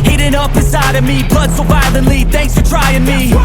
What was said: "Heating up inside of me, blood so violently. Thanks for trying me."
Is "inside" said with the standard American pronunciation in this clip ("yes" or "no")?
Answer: no